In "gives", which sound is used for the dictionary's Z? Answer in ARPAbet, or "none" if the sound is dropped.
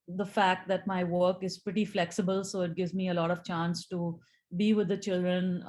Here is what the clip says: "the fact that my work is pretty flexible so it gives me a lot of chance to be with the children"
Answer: Z